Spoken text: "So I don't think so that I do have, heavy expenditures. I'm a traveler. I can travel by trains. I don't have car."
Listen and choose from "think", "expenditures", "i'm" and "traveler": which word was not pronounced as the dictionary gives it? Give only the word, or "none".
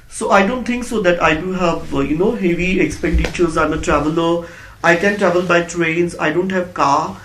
think